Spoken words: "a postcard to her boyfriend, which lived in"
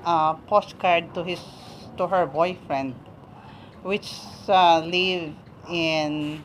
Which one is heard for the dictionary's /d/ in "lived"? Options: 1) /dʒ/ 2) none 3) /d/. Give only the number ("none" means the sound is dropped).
2